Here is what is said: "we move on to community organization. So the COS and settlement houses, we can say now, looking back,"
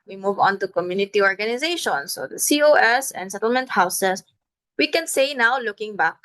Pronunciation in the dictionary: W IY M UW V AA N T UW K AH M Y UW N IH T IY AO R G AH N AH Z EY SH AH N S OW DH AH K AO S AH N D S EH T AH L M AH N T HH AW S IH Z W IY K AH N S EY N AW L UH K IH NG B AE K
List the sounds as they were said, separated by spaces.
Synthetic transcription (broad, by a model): W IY M UW V AA N T UW K AH M Y UW N IH T IY AO R G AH N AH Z EY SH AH N S OW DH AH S AO S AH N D S EH T AH L M AH N T HH AW S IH S W IY K AH N S EY N AW L UH K IH NG B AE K